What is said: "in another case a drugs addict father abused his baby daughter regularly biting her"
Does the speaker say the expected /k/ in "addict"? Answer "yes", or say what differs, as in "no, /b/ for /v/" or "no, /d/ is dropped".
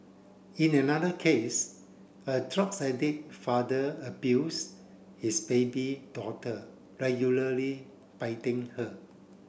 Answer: no, /k/ is dropped